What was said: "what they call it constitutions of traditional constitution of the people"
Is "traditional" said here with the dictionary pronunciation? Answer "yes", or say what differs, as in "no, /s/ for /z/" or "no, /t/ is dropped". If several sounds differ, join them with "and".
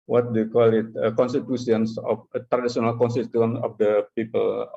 no, /s/ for /ʃ/